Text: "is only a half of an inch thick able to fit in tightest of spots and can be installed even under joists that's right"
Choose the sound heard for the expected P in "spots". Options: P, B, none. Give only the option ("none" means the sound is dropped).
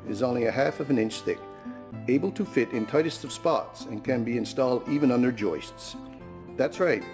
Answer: P